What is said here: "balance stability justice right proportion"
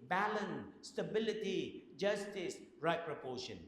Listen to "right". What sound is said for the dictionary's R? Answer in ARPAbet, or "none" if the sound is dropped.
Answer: R